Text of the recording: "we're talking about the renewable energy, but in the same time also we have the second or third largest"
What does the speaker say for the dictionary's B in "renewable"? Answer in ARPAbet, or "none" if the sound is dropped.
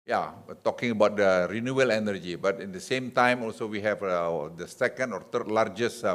none